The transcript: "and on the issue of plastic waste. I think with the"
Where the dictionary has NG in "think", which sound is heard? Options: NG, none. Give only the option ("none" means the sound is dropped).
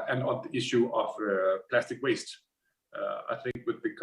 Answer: NG